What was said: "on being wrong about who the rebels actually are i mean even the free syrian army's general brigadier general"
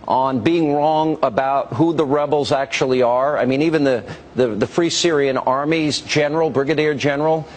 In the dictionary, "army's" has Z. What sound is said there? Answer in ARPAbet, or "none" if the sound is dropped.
Z